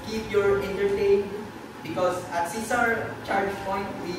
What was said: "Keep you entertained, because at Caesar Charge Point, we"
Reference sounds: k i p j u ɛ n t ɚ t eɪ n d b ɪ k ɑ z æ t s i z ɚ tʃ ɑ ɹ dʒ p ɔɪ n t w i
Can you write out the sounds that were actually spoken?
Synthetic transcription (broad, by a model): k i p j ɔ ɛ n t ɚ t eɪ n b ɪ k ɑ s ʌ t s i s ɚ tʃ ɑ ɹ dʒ p ɔɪ n t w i